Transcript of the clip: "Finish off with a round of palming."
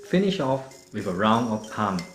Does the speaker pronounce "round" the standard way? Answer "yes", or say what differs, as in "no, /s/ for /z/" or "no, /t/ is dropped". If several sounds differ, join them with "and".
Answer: no, /d/ is dropped